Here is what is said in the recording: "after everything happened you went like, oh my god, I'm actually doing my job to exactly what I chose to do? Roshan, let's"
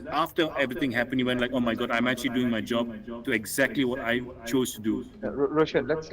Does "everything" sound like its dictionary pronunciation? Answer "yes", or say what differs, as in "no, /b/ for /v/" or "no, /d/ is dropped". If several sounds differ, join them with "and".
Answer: no, /t/ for /θ/